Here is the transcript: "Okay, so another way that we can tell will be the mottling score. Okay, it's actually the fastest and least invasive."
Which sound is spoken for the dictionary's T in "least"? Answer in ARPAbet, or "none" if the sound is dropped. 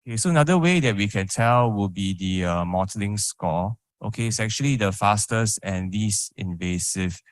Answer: none